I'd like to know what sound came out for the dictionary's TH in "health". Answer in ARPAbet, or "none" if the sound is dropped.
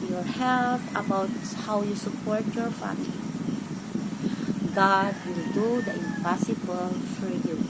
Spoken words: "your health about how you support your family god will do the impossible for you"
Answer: T